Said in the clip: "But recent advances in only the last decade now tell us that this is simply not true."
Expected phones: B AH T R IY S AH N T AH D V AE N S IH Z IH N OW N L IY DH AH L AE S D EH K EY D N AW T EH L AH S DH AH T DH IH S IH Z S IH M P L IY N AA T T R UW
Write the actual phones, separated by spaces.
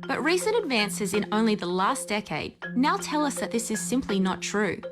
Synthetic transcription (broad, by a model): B AH T R IY S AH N T AH D V AE N S IH Z IH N OW N L IY DH AH L AE S D EH K EY D N AW T EH L AH S DH AH T DH IH S IH Z S IH M P L IY N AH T T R UW